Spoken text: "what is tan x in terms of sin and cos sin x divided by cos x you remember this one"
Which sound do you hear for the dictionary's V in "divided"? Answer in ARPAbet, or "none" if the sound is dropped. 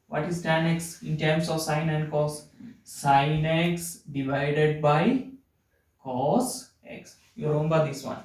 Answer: V